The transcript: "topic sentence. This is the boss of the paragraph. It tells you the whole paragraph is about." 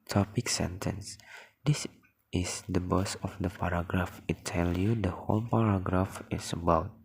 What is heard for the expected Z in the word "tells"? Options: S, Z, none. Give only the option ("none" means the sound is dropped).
none